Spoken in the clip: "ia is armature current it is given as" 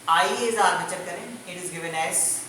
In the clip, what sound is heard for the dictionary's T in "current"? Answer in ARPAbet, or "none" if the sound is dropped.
none